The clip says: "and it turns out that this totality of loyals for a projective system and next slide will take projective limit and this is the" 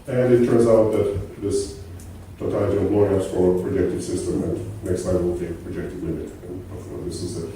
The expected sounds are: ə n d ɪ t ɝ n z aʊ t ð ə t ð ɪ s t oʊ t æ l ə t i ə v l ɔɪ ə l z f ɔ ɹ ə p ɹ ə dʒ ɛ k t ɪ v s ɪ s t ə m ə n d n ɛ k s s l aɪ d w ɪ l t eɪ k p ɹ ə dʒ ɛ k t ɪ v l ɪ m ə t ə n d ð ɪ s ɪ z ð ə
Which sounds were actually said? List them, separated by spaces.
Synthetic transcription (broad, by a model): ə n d ɪ t ɝ n z aʊ t ð ə t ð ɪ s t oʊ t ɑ ə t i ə p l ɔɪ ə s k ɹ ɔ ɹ ə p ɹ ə dʒ ɛ k t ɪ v s ɪ s t ə m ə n n ɛ k s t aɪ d w ɪ l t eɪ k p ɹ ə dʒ ɛ k t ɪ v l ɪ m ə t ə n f ð ɪ s ɪ z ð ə